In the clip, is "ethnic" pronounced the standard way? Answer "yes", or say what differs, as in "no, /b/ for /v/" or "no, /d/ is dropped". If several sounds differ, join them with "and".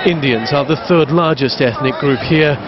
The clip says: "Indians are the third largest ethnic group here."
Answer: yes